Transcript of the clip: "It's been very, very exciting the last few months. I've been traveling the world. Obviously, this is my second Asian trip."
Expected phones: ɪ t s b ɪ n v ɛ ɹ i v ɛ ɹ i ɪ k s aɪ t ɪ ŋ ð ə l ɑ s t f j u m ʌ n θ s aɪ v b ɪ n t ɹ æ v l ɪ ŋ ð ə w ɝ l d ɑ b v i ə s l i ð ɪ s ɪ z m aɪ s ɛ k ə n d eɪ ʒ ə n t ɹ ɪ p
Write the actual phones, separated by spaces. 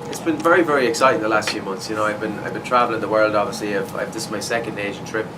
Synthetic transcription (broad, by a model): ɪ t s b ɪ n v ɛ ɹ i v ɛ ɹ i ɪ k s aɪ t ɪ ŋ ð ə l ɑ s t f j u m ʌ n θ s aɪ v b ɪ n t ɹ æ v l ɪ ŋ ð ə w ɝ l d ɑ b v i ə s l i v ɪ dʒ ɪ s m aɪ s ɛ k ə n d eɪ ʒ ə n t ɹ ɪ p